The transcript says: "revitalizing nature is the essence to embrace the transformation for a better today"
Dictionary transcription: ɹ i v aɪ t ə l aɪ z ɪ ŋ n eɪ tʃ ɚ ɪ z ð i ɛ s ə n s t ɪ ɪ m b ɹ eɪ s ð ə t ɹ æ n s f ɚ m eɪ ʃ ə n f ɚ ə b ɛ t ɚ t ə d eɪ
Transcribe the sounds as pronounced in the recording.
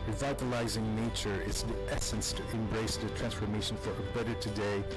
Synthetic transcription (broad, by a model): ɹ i v aɪ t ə l aɪ z ɪ ŋ n eɪ tʃ ɚ ɪ z ð i ɛ s ə n s t ɪ ɪ m b ɹ eɪ s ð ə t ɹ æ n s f ɚ m eɪ ʃ ə n f ɚ ə b ɛ t ɚ t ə d eɪ